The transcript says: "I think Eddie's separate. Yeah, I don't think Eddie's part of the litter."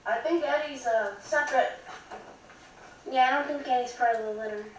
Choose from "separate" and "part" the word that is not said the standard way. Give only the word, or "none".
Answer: part